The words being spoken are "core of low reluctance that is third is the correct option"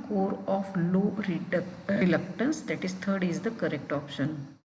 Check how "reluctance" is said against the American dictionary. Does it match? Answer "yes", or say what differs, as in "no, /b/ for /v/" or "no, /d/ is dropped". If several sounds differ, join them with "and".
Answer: yes